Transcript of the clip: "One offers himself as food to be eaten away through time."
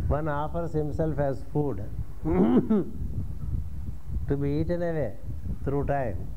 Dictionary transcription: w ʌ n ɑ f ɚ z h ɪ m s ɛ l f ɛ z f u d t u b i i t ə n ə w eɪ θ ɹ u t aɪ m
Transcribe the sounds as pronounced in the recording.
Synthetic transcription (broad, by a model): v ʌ n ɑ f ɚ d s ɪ m s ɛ l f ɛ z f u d t u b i i t ə n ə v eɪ t ɹ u t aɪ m